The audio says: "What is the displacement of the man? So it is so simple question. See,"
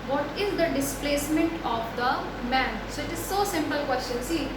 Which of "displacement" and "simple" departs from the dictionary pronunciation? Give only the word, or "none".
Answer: none